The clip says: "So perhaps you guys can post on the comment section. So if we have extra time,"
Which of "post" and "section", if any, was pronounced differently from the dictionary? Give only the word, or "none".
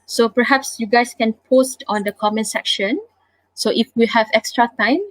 none